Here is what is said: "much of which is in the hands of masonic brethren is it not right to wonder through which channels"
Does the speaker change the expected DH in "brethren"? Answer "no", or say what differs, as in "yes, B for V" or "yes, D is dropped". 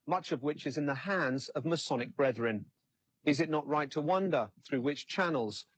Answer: no